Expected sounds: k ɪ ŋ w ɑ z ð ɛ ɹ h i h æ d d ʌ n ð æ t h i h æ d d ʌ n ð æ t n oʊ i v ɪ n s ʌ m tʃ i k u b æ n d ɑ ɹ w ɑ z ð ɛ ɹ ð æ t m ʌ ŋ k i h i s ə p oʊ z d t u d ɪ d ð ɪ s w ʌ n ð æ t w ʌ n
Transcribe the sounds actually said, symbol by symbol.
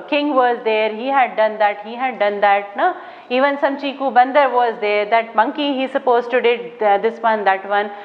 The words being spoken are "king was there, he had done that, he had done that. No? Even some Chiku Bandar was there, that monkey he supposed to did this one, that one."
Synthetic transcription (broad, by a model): k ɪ ŋ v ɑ z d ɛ ɹ h i h æ d d ʌ n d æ t h i h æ d d ʌ n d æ t n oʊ i v ɪ n s ʌ m tʃ i k u b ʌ n d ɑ ɹ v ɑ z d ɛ ɹ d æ t m ʌ ŋ k i h i s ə p oʊ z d t u d ɪ d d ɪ s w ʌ n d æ t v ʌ n